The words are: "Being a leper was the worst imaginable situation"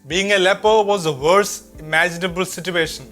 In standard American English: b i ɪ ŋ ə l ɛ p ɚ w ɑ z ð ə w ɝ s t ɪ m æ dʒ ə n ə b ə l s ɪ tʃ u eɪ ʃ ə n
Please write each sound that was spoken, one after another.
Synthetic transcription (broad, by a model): b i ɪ ŋ ə l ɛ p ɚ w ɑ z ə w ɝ s ɪ m æ dʒ ə n ə b ə l s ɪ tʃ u eɪ ʃ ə n